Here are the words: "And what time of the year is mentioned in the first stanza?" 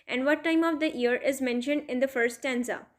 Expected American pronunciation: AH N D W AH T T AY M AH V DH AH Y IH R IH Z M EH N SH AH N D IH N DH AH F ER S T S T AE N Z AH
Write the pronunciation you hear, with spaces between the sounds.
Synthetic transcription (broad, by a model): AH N D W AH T T AY M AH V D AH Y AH R IH Z M EH N SH AH N D IH N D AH F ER T S T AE N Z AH